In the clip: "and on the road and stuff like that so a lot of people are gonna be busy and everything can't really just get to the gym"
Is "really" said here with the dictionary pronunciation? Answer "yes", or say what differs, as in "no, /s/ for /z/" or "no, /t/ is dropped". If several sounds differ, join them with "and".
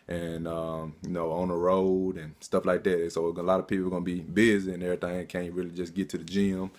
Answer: yes